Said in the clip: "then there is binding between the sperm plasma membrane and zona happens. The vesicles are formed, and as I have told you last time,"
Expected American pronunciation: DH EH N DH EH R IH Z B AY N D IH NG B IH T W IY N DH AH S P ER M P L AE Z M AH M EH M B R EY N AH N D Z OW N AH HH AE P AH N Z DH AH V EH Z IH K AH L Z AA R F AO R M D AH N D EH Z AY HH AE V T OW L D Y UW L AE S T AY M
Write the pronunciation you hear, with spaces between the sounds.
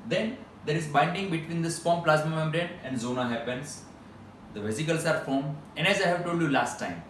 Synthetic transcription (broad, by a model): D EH N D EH R IH Z B AY N D IH NG B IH T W IY N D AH S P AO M P L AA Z M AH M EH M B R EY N AH N D Z OW N AH HH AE P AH N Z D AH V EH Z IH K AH L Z AA R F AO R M AH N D EH Z AY HH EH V T OW L D Y UW L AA S T AY M